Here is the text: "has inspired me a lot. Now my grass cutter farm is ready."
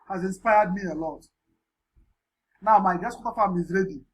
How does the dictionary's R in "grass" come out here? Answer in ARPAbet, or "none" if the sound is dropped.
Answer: none